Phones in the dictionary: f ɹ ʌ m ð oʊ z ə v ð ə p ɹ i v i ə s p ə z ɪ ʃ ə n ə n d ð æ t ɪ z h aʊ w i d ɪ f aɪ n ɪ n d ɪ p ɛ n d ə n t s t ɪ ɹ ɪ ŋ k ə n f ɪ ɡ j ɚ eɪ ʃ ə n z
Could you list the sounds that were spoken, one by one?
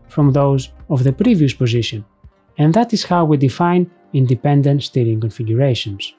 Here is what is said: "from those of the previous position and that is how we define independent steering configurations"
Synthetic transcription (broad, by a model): f ɹ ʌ m ð oʊ z ə v ð ə p ɹ i v i ə s p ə z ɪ ʃ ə n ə n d ð æ t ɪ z h aʊ w i d ɪ f aɪ n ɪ n d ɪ p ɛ n d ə n t s t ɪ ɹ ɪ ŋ k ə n f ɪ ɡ j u eɪ ʃ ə n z